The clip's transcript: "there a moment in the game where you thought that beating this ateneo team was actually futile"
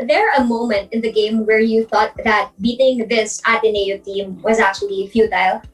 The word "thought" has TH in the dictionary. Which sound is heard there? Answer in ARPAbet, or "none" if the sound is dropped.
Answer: TH